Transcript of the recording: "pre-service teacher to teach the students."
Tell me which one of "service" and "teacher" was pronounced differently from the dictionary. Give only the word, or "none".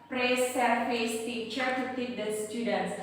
service